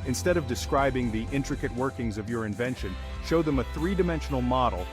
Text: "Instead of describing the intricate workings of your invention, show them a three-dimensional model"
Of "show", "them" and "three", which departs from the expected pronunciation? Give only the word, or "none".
none